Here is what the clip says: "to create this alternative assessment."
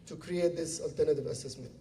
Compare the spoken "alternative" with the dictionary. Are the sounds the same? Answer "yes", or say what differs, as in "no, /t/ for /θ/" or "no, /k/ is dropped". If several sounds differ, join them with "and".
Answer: yes